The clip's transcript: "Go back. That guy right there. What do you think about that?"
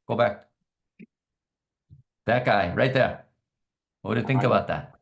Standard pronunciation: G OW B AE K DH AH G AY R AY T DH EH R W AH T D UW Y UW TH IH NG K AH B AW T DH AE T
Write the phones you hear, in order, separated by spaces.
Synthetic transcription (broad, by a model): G OW B AE K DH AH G AY R AY T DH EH R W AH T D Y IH TH IH NG K AH B AW T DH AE T